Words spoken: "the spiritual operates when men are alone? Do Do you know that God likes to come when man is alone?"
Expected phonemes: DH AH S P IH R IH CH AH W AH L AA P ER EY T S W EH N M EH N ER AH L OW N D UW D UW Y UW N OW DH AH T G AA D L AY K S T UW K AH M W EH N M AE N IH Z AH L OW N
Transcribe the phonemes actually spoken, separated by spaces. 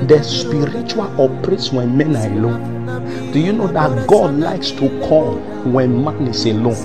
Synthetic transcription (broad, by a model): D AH S P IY R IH CH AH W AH L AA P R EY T S W EH N M EH N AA AH L OW N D D UW Y UW N OW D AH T G AA D L AY K S T UW K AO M W EH N M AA N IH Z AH L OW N